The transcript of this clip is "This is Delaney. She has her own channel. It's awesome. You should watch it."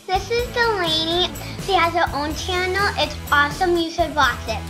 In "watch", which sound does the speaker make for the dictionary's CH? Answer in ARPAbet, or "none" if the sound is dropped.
S